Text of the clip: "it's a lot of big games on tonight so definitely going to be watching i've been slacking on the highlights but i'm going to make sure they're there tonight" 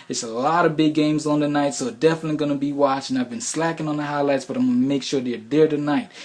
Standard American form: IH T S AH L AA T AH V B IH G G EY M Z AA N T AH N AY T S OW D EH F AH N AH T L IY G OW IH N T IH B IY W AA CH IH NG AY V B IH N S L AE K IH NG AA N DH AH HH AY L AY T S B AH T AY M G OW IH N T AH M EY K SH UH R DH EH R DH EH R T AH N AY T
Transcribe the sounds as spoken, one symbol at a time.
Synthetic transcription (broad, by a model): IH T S AH L AA T AH V B IH G G EY M Z N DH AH N AY T S OW D EH F AH N AH T L IY G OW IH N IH B IY W AA CH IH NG AY V B IH N S L AE K IH NG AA N DH AH HH AY L AY T S B AH T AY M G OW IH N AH M EY K SH UH R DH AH R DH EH R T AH N AY T